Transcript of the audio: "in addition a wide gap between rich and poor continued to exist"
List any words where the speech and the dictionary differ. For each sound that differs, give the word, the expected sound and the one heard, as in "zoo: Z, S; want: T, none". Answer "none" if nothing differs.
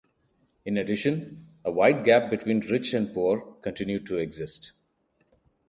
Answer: none